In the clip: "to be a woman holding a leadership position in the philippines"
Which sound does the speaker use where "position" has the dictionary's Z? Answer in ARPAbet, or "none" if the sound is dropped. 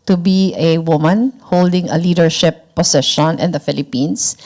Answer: S